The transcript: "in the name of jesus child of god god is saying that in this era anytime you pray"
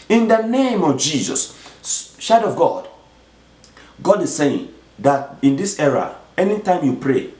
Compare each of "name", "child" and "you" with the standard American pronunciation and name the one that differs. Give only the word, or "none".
child